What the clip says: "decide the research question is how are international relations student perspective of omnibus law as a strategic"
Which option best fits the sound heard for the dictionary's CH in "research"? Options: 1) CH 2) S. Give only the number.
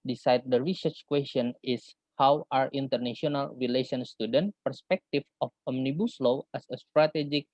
1